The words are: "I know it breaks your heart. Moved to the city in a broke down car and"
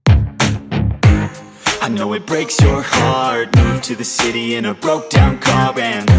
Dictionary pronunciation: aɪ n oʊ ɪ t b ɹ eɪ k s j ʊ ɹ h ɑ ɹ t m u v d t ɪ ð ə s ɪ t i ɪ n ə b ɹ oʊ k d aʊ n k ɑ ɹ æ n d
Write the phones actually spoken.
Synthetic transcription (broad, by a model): aɪ n oʊ ɪ t b ɹ eɪ k s j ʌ ɹ h ɑ ɹ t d t ɪ ð ə s ɪ t i ɪ n ə b ɹ oʊ k d aʊ n k ɑ ɹ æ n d